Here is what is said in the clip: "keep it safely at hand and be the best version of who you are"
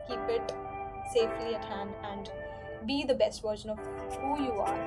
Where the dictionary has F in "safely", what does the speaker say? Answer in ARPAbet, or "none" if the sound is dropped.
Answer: F